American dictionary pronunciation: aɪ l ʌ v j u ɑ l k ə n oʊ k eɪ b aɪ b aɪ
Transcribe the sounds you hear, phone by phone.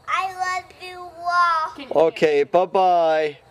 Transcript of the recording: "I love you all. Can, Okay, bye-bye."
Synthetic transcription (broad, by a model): aɪ l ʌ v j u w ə l oʊ k eɪ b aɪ b aɪ